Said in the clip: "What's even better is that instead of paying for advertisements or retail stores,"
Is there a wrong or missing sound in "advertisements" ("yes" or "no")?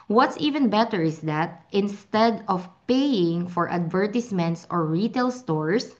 yes